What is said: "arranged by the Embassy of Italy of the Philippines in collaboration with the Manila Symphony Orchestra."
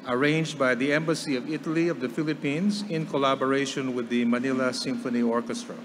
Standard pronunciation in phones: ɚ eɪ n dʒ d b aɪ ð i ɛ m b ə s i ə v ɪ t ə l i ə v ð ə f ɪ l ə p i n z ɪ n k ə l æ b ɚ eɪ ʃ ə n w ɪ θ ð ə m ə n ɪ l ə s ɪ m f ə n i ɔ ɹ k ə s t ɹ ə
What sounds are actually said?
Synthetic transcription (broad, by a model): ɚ eɪ n dʒ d b aɪ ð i ɛ m b ə s i ə v ɪ t ə l i ə v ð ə f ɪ l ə p i n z ɪ n k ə l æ b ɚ eɪ ʃ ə n w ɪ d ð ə m ə n ɪ l ə s ɪ m f ə n i ɔ ɹ k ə s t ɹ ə